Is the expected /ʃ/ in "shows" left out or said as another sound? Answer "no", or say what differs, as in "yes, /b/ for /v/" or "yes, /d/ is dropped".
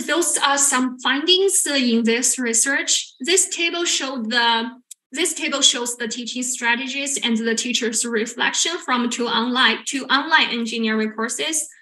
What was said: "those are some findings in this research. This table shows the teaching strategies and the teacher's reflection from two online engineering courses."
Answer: no